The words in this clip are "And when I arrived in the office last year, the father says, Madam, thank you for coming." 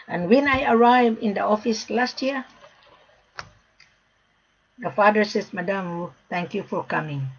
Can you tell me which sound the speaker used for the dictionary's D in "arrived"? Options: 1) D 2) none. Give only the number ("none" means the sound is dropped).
2